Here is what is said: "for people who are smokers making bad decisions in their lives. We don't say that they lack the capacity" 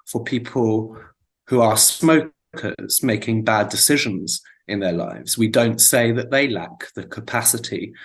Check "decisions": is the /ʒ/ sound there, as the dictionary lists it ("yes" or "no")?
yes